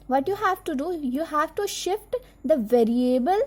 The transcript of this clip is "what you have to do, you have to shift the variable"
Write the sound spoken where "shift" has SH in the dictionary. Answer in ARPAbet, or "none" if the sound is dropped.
SH